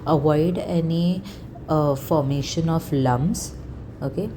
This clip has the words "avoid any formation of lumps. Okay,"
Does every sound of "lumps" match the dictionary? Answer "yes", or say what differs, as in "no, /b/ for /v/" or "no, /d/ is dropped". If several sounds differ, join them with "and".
no, /b/ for /p/